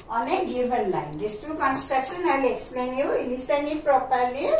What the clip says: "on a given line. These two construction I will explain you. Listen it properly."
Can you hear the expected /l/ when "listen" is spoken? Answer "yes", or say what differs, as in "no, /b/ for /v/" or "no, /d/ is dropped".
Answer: no, /n/ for /l/